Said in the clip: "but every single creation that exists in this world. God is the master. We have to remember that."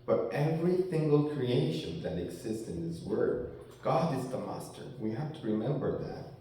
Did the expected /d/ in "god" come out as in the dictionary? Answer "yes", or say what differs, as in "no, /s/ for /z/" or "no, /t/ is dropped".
yes